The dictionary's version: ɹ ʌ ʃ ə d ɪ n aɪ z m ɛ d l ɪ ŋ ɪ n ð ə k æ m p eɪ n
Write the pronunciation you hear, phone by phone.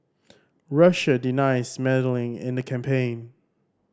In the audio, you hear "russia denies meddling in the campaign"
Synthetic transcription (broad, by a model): ɹ ʌ ʃ ə d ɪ n aɪ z m ɛ d l ɪ ŋ ɪ n ð ə k æ m p eɪ n